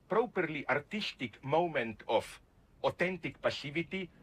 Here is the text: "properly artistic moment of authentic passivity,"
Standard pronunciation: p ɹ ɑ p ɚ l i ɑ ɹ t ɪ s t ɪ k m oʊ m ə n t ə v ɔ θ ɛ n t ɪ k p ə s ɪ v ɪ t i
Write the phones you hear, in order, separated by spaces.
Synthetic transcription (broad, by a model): p ɹ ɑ p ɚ l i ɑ ɹ t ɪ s t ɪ k m oʊ m ə n t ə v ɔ t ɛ n t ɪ k p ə s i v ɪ t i